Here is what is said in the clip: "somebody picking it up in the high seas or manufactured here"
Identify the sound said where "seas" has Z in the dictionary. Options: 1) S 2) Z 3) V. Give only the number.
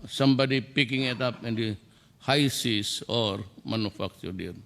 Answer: 1